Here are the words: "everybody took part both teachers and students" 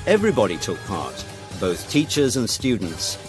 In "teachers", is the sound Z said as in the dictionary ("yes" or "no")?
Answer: yes